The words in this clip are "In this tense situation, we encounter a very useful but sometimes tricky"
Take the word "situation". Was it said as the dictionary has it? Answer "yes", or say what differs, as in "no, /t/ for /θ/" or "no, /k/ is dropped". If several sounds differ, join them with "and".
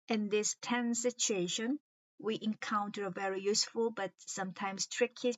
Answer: yes